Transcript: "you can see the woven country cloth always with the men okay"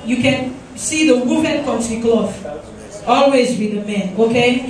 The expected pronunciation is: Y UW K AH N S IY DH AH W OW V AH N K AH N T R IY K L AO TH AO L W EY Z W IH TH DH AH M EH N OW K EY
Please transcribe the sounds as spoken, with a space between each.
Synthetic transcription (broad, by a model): Y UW K AH N S IY DH AH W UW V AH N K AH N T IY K L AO F AO L W EY Z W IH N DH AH M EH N OW K EY